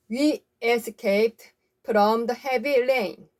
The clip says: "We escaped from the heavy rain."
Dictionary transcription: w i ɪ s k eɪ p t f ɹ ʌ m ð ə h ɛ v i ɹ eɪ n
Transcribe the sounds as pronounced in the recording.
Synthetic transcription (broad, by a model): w i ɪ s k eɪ t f ɹ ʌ m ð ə h ɛ v i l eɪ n